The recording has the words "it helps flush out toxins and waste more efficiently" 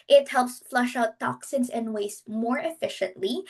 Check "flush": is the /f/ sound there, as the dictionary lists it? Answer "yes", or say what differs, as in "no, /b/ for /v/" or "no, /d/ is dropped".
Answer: yes